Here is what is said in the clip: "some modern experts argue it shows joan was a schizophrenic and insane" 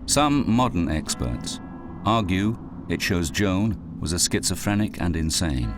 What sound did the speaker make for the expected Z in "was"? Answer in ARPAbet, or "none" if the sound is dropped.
Z